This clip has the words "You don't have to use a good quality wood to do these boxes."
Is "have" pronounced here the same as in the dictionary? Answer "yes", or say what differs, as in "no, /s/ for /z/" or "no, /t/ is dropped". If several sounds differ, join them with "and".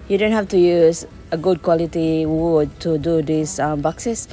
no, /f/ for /v/